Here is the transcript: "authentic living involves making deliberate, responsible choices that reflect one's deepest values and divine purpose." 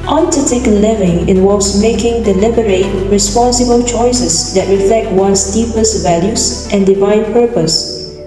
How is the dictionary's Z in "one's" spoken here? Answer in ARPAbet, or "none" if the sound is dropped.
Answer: S